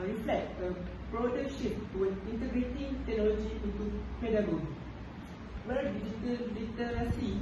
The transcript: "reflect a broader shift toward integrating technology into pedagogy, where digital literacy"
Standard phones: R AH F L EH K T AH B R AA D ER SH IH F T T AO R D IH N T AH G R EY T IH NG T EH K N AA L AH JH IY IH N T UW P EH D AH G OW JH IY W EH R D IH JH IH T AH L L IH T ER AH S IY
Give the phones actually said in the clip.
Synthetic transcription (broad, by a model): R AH F L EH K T AH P R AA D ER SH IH P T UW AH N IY N T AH G R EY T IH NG T EH K N AA L AH JH IY IH N T UW P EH D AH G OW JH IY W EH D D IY JH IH T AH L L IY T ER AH S IY